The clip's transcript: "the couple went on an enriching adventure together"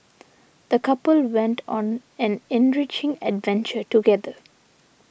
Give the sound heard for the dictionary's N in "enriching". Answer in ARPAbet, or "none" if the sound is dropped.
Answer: N